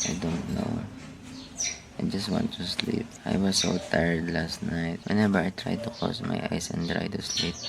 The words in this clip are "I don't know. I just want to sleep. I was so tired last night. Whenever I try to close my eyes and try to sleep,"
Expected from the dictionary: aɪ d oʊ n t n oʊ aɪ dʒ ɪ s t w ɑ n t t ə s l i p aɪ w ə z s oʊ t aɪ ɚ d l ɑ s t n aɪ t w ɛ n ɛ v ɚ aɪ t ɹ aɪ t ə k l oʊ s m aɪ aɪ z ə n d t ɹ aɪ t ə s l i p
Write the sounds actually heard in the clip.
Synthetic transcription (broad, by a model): aɪ d oʊ n t n oʊ aɪ dʒ ɪ s t w ɑ n t t ə s l i p aɪ w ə s oʊ t aɪ ɚ d l ɑ s t n aɪ t w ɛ n ɛ b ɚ aɪ t ɹ aɪ t ə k oʊ s m aɪ aɪ s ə n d t ɹ aɪ t ə s l i p